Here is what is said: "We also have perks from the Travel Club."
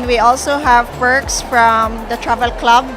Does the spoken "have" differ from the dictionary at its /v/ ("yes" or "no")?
no